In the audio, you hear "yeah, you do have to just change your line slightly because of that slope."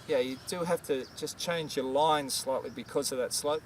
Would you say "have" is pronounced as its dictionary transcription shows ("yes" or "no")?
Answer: no